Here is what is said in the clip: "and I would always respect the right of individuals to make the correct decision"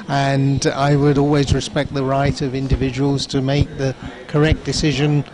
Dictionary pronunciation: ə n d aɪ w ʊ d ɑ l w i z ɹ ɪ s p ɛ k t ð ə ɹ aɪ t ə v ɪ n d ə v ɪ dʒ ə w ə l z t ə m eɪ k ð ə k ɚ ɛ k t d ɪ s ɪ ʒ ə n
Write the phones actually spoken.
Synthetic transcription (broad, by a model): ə n aɪ w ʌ d ɑ l w i z ɹ ɪ s p ɛ k t ð ə ɹ aɪ t ə v ɪ n d ə v ɪ dʒ ə w ə l z t ə m eɪ k ð ə k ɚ ɛ k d ɪ s ɪ ʒ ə n